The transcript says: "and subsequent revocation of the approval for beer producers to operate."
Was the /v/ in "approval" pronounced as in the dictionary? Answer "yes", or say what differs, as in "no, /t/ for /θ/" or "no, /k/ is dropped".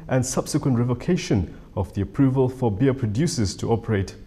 yes